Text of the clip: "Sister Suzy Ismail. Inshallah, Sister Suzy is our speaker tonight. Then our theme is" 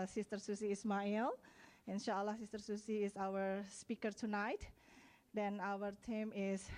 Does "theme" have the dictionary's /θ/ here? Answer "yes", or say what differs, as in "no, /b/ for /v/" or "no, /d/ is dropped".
no, /t/ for /θ/